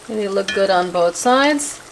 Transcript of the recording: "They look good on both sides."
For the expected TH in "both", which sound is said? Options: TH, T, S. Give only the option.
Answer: TH